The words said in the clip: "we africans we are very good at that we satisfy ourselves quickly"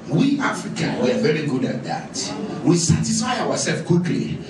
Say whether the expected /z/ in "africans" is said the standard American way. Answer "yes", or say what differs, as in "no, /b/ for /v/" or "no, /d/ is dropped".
no, /z/ is dropped